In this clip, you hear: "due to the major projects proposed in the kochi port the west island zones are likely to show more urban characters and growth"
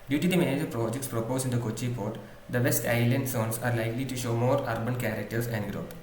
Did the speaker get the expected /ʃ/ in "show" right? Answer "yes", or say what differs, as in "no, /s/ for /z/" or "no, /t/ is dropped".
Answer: yes